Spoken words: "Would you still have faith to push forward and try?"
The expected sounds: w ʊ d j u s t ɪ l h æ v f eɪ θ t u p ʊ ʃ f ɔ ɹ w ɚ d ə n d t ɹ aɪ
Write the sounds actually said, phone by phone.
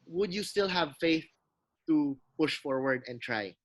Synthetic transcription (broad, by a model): w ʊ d j u s t ɪ l h æ v f eɪ θ t u p ʊ ʃ f ɔ ɹ w ɚ d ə n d t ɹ aɪ